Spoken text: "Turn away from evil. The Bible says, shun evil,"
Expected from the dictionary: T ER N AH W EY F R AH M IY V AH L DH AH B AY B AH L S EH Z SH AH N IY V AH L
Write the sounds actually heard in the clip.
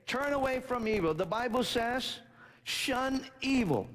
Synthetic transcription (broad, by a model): T ER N AH W EY F R AH M IY V L DH AH B AY B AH L S EH Z SH AH N IY V L